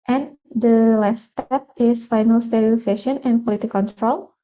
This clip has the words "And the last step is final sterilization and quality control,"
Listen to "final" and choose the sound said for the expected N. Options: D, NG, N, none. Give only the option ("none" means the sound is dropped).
N